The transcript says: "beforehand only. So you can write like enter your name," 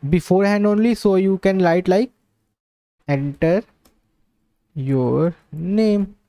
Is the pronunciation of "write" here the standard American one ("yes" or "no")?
no